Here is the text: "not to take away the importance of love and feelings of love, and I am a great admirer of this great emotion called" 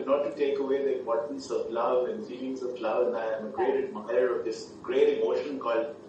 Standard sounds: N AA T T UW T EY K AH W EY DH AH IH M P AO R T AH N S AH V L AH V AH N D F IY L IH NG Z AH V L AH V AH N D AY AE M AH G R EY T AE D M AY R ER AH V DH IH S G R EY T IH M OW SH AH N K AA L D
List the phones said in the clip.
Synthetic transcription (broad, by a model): N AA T T UW T EY K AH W EY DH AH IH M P AO R T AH N S AH V L AH V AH N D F IY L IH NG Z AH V L AH V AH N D AY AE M AH G R EY T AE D M AY ER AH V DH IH S G R EY T IH M OW SH AH N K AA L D